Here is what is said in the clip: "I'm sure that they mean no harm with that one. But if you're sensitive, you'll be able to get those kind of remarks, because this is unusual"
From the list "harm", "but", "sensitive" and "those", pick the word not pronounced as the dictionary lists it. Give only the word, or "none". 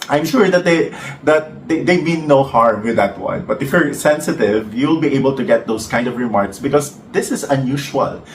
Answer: those